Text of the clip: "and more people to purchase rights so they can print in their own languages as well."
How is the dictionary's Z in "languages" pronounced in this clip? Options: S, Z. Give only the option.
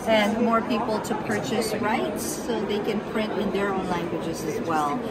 Z